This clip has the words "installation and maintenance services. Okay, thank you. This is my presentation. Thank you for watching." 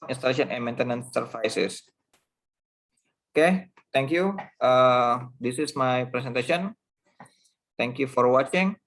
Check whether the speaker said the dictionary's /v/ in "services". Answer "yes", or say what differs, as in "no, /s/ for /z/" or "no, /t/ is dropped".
no, /f/ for /v/